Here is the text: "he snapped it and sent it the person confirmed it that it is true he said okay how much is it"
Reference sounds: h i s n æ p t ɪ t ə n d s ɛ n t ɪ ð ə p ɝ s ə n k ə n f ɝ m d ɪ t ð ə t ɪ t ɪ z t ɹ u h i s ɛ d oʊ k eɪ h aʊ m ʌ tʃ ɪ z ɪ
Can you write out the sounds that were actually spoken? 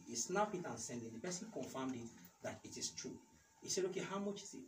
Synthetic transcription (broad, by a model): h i s n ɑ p ɪ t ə n s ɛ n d ɪ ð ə p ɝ s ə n k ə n f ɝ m d ɪ t ð ə t ɪ t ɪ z t ɹ u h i s ɛ d oʊ k eɪ h aʊ m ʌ tʃ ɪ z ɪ